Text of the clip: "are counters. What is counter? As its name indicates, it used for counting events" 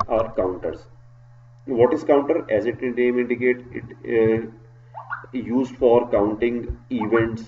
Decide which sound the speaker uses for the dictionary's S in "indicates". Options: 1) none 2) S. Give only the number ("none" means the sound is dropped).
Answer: 1